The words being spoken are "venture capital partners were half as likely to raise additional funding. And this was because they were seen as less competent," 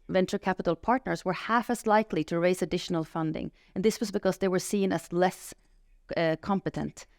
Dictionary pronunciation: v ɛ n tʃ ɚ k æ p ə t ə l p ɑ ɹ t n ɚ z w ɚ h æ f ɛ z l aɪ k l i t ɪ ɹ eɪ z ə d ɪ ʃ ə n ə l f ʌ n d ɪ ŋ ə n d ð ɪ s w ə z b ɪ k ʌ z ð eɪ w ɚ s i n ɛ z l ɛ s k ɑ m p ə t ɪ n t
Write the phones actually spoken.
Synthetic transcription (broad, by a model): v ɛ n tʃ ɚ k æ p ə t ə l p ɑ ɹ t n ɚ z w ɚ h æ f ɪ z l aɪ k l i t ɪ ɹ eɪ z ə d ɪ ʃ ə n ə l f ʌ n d ɪ ŋ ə n ð ɪ s w ə z b ɪ k ʌ z ð eɪ w ɚ s i n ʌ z l ɛ s k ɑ m p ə t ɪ n t